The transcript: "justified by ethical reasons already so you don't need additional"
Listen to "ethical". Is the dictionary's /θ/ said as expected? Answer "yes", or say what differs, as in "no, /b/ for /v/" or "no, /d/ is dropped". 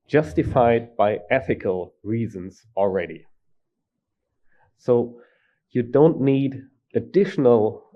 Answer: yes